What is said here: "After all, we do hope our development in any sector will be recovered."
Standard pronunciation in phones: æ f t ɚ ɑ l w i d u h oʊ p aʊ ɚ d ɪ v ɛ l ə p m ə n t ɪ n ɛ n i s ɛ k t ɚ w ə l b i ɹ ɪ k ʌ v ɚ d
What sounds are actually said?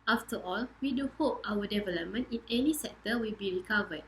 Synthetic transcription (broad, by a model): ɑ f t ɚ ɑ l w i d u h oʊ p aʊ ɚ d ɪ v ɛ l ə p m ə n t ɪ n ɛ n i s ɛ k t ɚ w ə l b i ɹ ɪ k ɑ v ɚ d